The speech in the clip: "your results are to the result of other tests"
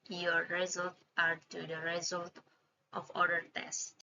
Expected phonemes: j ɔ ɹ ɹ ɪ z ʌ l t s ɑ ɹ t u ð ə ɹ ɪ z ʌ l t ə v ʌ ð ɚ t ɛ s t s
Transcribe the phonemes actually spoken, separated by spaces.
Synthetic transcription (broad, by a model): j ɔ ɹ ɹ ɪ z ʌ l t ɑ ɹ t u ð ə ɹ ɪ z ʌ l t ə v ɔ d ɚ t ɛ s s